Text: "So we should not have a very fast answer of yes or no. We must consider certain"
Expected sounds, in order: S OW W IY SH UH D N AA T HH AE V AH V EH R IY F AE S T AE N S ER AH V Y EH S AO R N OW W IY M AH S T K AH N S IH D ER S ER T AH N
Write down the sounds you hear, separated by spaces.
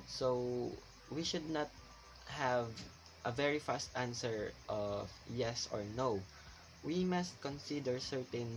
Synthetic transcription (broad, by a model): S OW W IY SH UH D N AA T HH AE V AH V EH R IY F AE S T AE N S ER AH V Y EH S AO R N OW W IY M AH S T K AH N S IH D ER S ER T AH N